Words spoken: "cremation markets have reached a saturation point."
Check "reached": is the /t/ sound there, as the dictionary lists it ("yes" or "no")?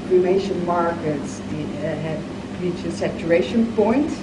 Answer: no